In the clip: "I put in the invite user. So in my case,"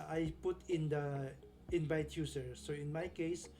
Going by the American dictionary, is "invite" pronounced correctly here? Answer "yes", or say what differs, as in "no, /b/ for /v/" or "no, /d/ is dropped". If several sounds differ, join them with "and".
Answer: no, /b/ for /v/